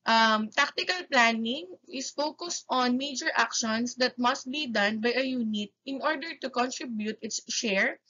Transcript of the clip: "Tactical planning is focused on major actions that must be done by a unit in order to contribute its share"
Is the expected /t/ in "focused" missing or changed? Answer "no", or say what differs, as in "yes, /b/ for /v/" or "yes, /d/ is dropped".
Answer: no